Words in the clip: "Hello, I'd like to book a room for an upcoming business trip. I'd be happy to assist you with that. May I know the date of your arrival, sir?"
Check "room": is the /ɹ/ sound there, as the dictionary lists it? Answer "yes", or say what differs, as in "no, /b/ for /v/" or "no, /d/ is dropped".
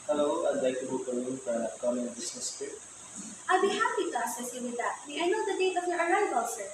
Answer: no, /l/ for /ɹ/